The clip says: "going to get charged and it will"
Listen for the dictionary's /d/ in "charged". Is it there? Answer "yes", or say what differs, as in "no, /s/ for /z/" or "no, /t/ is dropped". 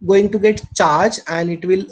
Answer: no, /d/ is dropped